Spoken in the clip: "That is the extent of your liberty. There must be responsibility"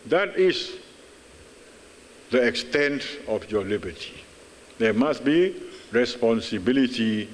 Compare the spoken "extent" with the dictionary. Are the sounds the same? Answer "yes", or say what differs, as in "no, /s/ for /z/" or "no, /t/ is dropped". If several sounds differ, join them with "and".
yes